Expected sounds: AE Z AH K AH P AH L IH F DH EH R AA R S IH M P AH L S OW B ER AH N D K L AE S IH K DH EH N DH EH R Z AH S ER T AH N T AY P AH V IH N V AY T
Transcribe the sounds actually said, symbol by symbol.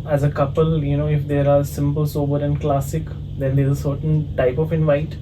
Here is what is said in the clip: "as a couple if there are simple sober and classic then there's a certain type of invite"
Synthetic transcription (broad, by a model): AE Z AH K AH P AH L IH F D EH R AA R S IH M P AH L S OW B ER AH N D K L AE S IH K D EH N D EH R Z AH S ER T AH N T AY P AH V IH N V AY T